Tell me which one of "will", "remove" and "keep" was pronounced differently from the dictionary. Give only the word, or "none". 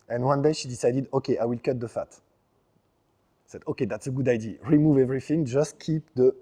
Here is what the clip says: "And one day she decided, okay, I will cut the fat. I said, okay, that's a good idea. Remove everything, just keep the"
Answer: none